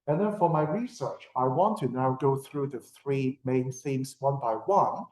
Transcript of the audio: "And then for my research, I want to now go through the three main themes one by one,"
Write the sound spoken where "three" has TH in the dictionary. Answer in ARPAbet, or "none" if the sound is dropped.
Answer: TH